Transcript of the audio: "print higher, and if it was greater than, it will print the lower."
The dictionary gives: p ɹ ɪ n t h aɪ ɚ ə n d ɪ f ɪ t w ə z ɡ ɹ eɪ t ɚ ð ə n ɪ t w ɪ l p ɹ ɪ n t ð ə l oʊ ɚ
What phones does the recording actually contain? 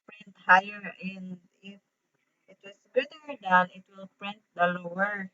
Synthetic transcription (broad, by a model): p ɹ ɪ n t h aɪ ɚ ə n d ɪ f ɪ t w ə s ɡ ʊ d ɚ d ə n ɪ t w ɪ l p ɹ ɪ n t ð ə l oʊ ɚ